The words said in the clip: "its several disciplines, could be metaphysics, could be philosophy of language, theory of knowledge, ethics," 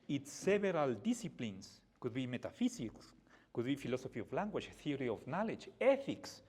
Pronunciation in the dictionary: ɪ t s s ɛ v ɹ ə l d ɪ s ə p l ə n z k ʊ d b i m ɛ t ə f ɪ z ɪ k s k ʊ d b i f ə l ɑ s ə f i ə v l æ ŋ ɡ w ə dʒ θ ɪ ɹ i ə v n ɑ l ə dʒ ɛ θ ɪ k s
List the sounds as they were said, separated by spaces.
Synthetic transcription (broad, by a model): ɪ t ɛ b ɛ ɹ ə l d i s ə p l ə n s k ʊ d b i m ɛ t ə f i s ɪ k s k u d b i f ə l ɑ s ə f i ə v l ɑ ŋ ɡ w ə tʃ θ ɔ ɹ i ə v n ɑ l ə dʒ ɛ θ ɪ k s